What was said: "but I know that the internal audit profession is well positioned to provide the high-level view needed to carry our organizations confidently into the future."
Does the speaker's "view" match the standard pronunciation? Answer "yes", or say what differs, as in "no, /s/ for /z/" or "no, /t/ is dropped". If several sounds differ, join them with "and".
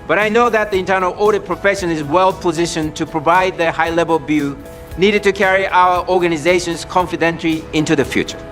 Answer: no, /b/ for /v/